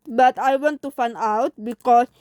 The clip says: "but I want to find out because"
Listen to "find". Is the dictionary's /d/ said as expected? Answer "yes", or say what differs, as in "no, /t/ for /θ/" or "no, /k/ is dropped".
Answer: no, /d/ is dropped